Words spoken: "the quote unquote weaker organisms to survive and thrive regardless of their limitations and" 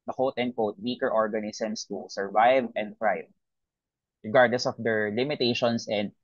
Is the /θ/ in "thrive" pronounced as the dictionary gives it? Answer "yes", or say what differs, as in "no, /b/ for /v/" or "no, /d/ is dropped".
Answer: no, /f/ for /θ/